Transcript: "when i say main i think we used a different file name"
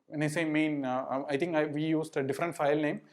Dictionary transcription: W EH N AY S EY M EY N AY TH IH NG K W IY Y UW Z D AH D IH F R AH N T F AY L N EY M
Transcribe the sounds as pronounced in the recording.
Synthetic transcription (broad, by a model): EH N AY S EY M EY N AY T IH NG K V IY Y UW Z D AH D IH F R AH N T F AY L N EY M